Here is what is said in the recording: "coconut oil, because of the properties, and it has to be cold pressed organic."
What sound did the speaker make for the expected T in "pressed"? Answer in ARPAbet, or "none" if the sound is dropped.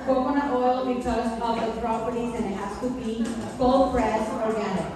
none